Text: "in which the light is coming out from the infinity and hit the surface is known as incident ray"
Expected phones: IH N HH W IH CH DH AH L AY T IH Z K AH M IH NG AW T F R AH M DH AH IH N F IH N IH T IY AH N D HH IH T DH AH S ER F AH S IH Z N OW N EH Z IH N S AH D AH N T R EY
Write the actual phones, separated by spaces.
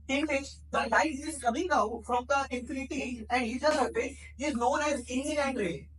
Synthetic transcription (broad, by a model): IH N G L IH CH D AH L AY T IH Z K AH M IH NG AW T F R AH M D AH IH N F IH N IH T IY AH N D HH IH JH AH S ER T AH IH Z N OW N EH Z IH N AH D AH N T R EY